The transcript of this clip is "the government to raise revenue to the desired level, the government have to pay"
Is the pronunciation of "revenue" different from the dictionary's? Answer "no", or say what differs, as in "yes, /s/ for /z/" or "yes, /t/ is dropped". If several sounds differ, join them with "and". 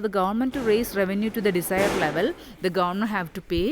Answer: no